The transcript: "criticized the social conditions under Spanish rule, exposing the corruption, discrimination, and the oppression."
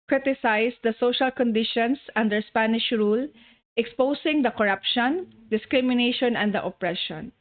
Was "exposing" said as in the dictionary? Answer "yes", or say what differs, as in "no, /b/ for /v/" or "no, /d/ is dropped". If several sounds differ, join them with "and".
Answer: no, /s/ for /z/